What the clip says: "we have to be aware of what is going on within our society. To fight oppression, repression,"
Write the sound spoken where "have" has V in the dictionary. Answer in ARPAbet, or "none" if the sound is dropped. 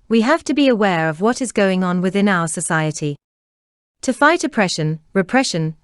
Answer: F